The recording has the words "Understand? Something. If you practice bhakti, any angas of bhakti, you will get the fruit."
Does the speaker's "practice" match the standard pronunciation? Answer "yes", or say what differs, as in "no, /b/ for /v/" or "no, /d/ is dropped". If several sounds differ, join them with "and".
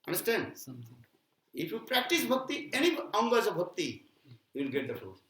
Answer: yes